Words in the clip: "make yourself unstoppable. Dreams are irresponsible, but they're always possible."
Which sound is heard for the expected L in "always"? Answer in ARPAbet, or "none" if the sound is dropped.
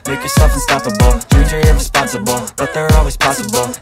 L